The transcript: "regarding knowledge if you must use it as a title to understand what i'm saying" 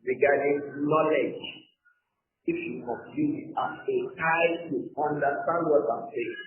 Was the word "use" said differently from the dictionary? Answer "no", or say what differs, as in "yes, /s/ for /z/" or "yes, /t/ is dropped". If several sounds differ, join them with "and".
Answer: yes, /s/ is dropped